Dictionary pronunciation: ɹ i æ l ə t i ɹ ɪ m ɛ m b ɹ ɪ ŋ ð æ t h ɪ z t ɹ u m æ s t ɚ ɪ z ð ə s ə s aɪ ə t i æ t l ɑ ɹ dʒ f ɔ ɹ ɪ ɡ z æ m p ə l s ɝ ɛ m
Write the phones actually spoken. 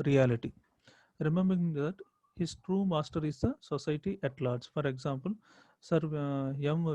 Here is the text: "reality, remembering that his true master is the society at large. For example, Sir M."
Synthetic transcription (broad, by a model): ɹ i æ l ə t i ɹ ɪ m ɛ m b ɹ ɪ ŋ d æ t h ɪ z t ɹ u m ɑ s t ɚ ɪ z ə s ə s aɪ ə t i t l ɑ ɹ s f ɔ ɹ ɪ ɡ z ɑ m p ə l s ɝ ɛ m